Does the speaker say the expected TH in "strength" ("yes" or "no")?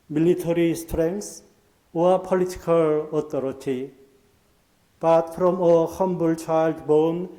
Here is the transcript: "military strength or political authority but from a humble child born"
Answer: no